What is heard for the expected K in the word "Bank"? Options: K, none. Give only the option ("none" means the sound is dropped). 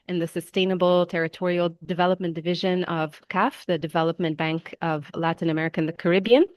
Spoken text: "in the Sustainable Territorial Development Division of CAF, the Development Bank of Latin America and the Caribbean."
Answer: K